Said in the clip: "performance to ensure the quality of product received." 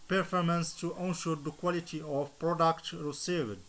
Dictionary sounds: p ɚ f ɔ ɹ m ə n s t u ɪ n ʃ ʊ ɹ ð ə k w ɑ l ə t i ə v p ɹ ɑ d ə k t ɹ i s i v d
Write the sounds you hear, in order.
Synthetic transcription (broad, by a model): p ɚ f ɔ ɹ m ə n s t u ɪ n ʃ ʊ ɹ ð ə k w ɑ l ə t i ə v p ɹ ɑ d ə k t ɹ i s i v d